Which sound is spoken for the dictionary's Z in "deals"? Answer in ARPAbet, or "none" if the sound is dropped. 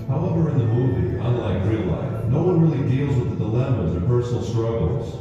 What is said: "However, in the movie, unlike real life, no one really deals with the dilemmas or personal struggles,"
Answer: Z